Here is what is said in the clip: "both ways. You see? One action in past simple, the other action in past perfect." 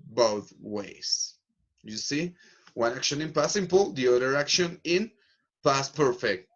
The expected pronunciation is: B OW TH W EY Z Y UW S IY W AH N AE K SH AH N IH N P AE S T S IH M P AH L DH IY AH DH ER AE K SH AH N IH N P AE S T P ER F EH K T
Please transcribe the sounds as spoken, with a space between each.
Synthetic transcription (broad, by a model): B OW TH W EY S Y UW S IY W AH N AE K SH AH N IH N P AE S S IH M P AH L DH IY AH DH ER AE K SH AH N IH N P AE S P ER F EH K T